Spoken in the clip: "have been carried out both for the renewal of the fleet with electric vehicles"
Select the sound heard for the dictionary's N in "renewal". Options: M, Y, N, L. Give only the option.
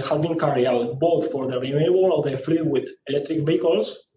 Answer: L